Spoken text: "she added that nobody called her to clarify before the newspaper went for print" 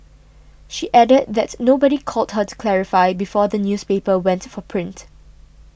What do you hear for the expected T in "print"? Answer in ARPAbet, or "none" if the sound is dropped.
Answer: T